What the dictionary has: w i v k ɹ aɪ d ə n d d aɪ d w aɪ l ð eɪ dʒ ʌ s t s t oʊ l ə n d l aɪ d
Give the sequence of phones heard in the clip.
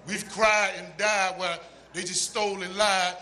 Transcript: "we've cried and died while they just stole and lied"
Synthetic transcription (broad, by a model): w i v k ɹ aɪ d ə n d d aɪ d w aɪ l ð eɪ dʒ ʌ s t s t oʊ l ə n l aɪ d